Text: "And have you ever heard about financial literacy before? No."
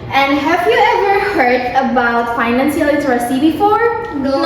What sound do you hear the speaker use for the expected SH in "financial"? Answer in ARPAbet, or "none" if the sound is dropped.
S